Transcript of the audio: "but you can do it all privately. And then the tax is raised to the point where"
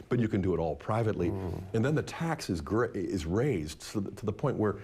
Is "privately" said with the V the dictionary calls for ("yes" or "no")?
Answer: yes